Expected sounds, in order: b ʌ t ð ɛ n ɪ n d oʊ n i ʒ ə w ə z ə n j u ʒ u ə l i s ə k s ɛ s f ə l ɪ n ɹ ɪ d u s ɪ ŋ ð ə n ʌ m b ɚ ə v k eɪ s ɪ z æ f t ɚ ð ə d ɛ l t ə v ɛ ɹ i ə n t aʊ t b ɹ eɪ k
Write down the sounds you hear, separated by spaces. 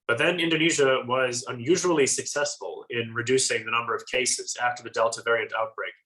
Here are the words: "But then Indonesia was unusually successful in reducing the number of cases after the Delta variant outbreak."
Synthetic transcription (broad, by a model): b ʌ t ð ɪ n ɪ n d oʊ n i ʒ ə w ə z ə n j u ʒ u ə l i s ə k s ɛ s f ə l ɪ n ɹ ɪ d u s ɪ ŋ ð ə n ʌ m b ɚ ə v k eɪ s ɪ z æ f t ɚ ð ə d ɛ l t ə v ɛ ɹ i ə n t aʊ t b ɹ eɪ k